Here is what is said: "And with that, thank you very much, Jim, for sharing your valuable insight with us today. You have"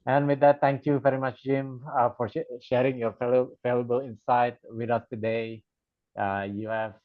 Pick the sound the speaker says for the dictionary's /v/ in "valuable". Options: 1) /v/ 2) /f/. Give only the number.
2